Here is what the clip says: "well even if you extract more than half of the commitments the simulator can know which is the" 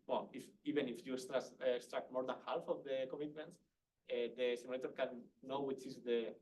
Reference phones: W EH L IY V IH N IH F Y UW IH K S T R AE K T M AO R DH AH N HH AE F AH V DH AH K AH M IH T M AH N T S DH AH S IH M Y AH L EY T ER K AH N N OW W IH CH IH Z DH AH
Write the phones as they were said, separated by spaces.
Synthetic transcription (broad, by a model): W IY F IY B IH N IH F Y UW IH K S T R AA K T M AO R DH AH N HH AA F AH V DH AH K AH M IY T M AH N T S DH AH S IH M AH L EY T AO K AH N N OW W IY CH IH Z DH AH